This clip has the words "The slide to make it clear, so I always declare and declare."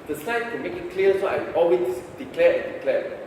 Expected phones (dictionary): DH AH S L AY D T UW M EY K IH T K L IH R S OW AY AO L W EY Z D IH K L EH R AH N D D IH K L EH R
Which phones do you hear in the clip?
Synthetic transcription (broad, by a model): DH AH S AY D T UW M EY K IH T K L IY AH S OW AY AO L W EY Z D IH K L EH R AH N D D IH K L EH